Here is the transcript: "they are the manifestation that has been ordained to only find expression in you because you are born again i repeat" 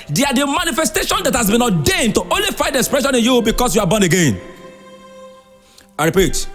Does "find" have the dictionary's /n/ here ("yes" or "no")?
no